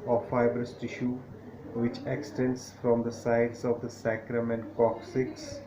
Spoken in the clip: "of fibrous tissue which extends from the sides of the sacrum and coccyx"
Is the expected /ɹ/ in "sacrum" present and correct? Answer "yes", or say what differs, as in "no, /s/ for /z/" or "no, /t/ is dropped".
yes